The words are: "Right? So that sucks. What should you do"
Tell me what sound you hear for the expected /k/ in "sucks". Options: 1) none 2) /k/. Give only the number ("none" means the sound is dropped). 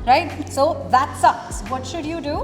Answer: 1